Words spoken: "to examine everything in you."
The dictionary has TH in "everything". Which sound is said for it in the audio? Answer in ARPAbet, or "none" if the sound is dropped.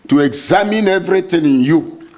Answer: T